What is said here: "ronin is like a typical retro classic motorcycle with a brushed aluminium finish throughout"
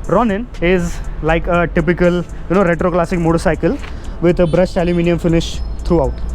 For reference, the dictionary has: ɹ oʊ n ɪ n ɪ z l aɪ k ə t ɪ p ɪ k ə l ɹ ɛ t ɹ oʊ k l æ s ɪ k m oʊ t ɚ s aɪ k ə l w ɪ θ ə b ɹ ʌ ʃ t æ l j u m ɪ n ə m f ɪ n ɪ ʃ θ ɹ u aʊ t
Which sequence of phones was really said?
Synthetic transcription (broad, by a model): ɹ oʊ n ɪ n ɪ z l aɪ k ə t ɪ p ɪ k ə l ɹ ɛ t ɹ oʊ k l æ s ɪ k m oʊ t ɚ s aɪ k ə l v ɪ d ə b ɹ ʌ s t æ l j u m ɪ n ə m f ɪ n ɪ ʃ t ɹ u aʊ t